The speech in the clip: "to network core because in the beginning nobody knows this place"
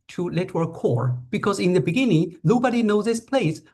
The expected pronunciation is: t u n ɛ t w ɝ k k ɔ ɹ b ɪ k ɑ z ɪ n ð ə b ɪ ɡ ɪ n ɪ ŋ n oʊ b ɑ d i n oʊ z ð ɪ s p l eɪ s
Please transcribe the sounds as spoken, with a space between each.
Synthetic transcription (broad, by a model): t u l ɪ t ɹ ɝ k k ɔ ɹ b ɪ k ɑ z ɪ n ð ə b ɪ ɡ ɪ n ɪ ŋ n oʊ b ɑ d i n oʊ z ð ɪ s p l eɪ s